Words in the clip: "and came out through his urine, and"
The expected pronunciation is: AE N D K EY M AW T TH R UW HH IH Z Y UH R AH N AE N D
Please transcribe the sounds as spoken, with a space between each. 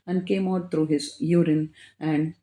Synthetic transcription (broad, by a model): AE N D K EY M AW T T R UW HH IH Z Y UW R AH N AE N D